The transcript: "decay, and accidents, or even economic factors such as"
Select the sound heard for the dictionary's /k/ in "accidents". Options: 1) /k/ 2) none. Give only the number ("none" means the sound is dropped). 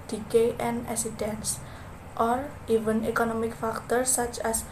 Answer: 2